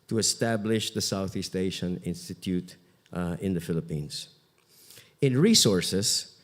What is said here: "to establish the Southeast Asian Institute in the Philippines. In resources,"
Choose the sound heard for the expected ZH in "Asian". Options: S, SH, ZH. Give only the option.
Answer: SH